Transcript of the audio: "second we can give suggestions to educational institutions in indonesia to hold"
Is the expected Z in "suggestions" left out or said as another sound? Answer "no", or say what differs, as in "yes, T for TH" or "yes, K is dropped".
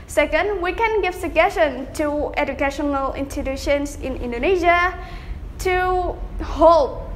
yes, Z is dropped